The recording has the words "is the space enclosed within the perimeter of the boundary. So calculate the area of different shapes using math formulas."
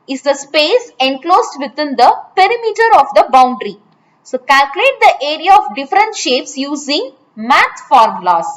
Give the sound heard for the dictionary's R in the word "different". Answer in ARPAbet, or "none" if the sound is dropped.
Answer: R